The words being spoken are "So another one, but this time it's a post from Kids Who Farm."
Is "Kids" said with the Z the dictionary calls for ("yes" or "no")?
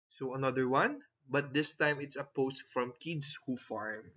no